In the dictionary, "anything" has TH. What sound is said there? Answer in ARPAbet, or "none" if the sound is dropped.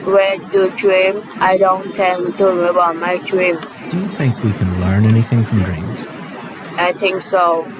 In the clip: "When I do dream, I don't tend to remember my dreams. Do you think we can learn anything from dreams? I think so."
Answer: TH